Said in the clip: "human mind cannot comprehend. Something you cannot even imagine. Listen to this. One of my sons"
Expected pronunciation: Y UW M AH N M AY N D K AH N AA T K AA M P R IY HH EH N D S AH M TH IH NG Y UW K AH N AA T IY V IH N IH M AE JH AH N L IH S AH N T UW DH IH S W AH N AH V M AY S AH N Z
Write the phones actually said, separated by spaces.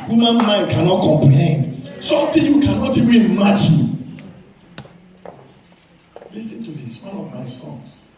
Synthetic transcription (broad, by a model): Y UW M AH N M AY N D K AH N AA T K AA M P L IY N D S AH M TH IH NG Y UW K AH N AA T IY V IH N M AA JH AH L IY S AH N T UW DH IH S W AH N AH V M AY S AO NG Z